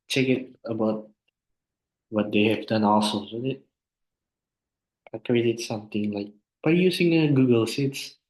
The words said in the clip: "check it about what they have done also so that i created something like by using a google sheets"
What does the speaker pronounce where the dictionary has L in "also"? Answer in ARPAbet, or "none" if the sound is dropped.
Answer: L